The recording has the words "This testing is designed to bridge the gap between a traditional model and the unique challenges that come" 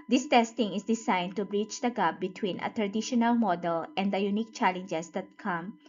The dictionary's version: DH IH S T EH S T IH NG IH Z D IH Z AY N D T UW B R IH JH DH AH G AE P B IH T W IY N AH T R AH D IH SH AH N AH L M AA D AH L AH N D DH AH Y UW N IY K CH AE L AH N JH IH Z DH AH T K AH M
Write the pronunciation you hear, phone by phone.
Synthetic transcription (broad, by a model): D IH S T EH S T IH NG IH S D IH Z AY N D T UW B R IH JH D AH G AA B IH T W IY N AH T R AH D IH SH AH N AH L M AA D AH L AH N D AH Y UW N IY K CH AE L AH N JH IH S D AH T K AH M